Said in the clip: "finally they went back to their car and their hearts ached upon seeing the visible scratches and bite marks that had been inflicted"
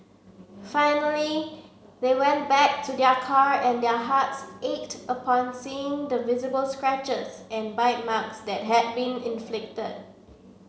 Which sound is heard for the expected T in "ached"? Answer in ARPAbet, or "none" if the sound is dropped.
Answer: T